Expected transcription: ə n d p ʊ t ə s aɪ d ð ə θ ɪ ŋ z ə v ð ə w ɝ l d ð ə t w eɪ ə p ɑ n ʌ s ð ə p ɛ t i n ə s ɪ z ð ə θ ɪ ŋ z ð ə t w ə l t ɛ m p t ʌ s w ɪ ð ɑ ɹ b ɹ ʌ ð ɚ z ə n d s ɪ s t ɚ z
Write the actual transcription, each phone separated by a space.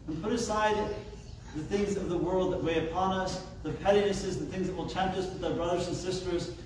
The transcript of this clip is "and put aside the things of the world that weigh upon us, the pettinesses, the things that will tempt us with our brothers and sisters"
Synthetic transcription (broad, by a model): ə n p ʊ t ə s aɪ d ð ə θ ɪ ŋ z ə v ð ə w ɝ l d ð ə t w eɪ ə p ɑ n ʌ s ð ə p ɛ t i n ə s ɪ z ð ə θ ɪ ŋ z ð ə t w ə l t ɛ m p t ʌ s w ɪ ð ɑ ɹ b ɹ ʌ ð ɚ z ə n s ɪ s t ɚ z